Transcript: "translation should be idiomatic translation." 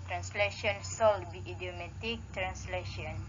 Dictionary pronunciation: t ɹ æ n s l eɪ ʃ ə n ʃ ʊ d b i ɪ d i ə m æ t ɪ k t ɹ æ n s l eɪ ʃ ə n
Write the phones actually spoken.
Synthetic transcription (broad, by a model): t ɹ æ n s l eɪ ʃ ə n s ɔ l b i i d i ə m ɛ t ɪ k t ɹ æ n s l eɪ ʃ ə n